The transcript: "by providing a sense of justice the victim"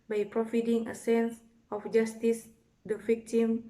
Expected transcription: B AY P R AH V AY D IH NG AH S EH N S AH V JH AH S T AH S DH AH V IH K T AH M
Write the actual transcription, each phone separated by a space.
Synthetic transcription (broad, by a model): B AY P R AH F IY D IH NG AH S EH N S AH F JH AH S T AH S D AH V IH K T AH M